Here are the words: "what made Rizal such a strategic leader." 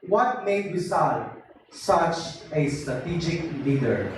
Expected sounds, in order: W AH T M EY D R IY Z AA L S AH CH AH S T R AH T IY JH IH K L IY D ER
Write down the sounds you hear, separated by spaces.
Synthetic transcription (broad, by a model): W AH T M EY D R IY S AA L S AH CH AH S T R AH T IY JH IH K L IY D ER